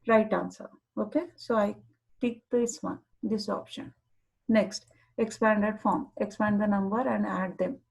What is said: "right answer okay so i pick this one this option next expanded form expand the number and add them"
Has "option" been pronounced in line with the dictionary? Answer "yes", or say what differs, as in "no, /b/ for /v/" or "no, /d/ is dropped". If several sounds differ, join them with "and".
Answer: yes